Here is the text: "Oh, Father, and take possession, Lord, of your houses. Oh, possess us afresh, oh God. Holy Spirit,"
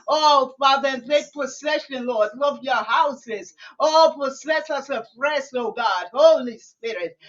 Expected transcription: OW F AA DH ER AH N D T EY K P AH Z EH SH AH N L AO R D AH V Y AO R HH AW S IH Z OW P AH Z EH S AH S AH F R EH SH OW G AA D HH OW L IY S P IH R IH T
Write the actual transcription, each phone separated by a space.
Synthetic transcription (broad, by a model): OW F AA DH ER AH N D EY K P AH S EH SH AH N L AO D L AH V Y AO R HH AW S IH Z OW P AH S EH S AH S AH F R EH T OW G AA D HH OW L IY S P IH R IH T